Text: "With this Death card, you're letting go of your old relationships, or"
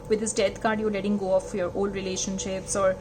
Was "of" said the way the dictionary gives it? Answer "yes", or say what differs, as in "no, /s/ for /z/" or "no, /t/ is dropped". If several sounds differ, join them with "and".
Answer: no, /f/ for /v/